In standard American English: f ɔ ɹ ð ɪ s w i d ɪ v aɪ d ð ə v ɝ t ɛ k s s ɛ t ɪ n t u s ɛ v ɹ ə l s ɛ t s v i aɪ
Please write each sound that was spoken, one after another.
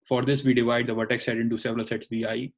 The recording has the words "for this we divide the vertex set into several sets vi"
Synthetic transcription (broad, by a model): f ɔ ɹ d ɪ s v i d ɪ v aɪ d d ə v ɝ t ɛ k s s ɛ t ɪ n t u s ɛ v ɹ ə l s ɛ t s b i aɪ